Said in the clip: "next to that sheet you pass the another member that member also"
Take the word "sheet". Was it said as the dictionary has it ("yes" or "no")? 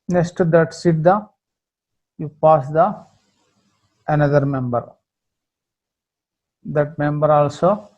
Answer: no